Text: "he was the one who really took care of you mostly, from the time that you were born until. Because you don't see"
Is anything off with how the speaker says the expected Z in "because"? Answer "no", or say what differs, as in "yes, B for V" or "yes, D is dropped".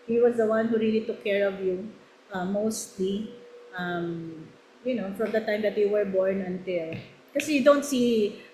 yes, Z is dropped